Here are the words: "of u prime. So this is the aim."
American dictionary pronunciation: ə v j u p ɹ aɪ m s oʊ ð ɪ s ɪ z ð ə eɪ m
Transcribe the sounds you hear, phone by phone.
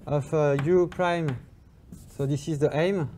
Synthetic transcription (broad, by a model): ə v j u p ɹ aɪ m s oʊ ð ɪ s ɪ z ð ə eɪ m